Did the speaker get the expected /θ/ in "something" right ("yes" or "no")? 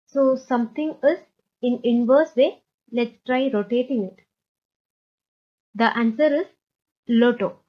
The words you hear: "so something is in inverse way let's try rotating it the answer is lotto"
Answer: no